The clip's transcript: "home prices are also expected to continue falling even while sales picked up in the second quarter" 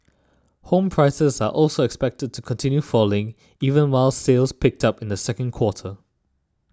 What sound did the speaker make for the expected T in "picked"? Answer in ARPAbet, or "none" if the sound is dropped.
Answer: T